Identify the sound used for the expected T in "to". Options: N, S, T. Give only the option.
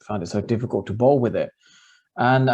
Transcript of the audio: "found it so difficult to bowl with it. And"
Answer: T